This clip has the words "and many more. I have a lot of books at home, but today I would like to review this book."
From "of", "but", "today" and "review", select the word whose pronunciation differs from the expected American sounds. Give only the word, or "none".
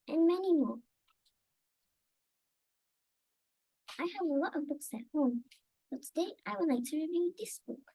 none